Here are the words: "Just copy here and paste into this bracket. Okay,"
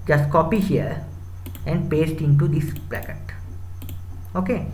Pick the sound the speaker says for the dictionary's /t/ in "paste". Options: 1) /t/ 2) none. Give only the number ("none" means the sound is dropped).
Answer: 1